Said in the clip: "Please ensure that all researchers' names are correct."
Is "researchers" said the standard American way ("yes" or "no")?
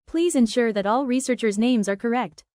yes